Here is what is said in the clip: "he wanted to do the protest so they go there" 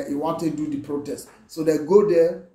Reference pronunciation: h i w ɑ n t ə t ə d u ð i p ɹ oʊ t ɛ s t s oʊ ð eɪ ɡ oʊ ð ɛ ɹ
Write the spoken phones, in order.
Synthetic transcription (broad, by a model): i w ɑ n t ə d u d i p ɹ oʊ t ɛ s t s oʊ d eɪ ɡ oʊ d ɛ